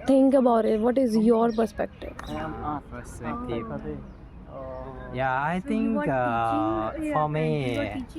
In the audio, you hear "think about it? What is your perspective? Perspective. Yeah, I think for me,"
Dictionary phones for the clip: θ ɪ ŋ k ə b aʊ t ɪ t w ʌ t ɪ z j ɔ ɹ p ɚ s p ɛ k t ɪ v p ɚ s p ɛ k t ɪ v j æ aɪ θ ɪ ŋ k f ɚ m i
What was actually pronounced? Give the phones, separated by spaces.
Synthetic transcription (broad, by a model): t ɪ ŋ k ə b aʊ t ɪ t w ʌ t ɪ z j ɔ ɹ p ɚ s p ɛ k t ɪ v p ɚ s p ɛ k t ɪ j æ aɪ t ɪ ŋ k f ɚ m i